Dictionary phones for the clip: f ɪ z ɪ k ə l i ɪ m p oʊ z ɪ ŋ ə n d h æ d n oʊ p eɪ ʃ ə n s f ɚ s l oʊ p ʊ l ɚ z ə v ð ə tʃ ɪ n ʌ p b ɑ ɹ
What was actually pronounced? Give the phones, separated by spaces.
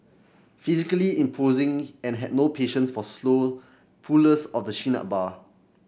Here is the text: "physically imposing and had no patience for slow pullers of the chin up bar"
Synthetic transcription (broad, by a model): f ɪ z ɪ k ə l i ɪ m p oʊ z ɪ ŋ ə n h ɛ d n oʊ p eɪ ʃ ə n s f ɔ s l oʊ p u l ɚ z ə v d ə ʃ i n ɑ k b ɑ